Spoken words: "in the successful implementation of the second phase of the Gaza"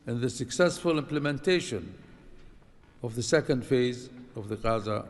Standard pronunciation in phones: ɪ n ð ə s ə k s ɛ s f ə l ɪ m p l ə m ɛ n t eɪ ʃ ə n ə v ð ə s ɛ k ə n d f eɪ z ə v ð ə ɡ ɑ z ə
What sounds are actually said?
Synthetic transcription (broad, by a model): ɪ n ð ə s ə k s ɛ s f ə l ɪ m p l ə m ɛ n t eɪ ʃ ə n ə v ð ə s ɛ k ə n d f eɪ z ə v ð ə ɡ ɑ z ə